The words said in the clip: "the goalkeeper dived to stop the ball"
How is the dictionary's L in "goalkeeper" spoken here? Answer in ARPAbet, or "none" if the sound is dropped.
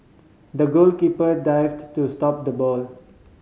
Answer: L